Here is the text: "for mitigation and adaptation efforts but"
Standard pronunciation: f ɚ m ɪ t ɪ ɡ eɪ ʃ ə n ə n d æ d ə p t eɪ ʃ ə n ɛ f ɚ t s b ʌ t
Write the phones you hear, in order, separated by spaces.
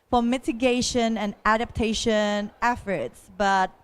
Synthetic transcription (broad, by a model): f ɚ m ɪ t ɪ ɡ eɪ ʃ ə n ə n æ d ə p t eɪ ʃ ə n ɛ f ɚ t s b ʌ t